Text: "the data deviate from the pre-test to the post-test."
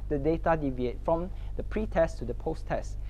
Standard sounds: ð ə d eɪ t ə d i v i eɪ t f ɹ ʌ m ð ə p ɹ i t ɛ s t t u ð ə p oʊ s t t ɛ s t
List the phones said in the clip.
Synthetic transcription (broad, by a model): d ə d eɪ t ə d i v i eɪ t f ɹ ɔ m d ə p ɹ i t ɛ s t t u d ə p oʊ s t t ɛ s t